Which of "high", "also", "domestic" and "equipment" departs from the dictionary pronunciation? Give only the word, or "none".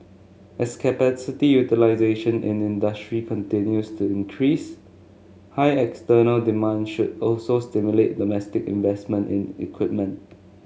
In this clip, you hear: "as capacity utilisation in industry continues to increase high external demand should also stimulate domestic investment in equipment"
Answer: none